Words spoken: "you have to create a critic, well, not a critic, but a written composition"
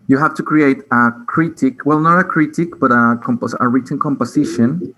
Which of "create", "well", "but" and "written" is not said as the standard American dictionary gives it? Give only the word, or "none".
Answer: written